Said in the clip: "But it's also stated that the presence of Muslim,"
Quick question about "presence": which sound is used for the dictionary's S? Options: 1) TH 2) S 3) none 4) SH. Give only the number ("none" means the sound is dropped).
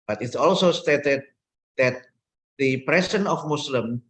3